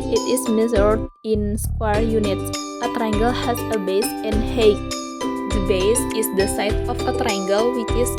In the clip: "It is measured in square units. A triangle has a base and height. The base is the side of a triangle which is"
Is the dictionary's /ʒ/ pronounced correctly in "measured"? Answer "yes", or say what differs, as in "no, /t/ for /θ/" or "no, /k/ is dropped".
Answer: no, /z/ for /ʒ/